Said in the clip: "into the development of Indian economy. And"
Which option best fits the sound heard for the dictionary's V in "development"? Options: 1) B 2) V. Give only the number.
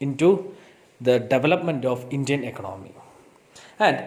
2